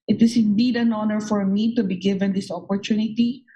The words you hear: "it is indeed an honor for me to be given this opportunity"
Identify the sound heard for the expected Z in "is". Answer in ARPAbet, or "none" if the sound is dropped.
S